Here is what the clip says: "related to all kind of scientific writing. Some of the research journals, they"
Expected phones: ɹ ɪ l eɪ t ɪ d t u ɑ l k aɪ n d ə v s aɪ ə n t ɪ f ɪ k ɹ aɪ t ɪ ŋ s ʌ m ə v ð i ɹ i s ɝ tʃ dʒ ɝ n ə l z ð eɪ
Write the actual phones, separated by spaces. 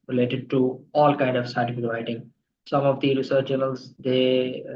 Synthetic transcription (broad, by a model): ɹ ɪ l eɪ t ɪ d t u ɑ l k aɪ n d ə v s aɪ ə t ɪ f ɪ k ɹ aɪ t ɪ ŋ s ʌ m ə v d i ɹ i s ɝ tʃ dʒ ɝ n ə l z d eɪ